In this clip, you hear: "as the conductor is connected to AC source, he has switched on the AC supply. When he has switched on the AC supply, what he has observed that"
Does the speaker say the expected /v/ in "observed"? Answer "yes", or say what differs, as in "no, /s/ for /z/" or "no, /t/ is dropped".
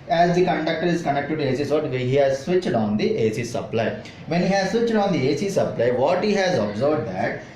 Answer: no, /b/ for /v/